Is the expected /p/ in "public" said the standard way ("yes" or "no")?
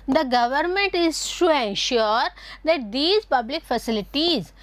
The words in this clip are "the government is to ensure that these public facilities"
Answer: yes